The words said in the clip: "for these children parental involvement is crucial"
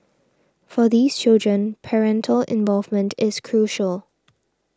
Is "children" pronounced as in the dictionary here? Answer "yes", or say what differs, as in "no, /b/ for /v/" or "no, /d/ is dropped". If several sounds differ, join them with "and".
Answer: yes